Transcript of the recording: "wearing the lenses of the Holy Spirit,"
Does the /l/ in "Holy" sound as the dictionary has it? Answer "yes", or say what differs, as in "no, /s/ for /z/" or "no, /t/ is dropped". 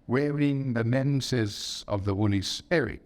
no, /n/ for /l/